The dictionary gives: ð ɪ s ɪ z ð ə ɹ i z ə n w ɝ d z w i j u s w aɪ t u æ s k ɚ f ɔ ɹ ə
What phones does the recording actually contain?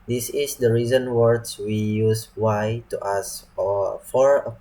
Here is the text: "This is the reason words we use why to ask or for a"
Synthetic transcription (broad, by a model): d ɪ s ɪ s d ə ɹ i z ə n w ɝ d s w i j u s w aɪ t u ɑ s ɔ f ɔ ɹ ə